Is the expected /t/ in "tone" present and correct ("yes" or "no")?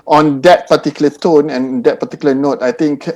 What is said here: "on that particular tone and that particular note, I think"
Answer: yes